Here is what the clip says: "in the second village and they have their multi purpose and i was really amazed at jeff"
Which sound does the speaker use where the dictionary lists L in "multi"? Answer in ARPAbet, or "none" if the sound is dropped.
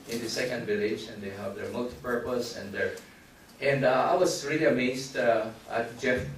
L